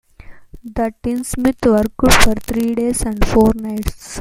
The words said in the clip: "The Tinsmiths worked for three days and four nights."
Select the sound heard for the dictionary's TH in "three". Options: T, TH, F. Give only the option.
T